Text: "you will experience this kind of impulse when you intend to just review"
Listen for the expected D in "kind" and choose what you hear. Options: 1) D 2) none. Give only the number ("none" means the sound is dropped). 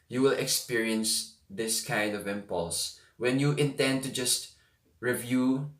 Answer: 1